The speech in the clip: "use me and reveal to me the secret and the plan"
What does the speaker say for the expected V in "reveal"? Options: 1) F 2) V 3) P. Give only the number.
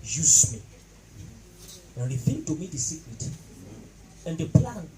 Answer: 1